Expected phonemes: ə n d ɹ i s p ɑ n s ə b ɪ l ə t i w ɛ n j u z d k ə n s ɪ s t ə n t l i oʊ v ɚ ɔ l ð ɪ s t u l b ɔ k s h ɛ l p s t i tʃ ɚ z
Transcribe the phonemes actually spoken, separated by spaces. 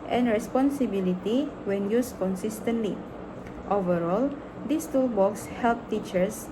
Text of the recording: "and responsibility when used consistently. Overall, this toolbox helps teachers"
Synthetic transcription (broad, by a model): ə n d ɹ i s p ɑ n s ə b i l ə t i w ɛ n j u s k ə n s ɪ s t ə n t l i oʊ v ɚ ɔ l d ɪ s t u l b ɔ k s h ɛ l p t i tʃ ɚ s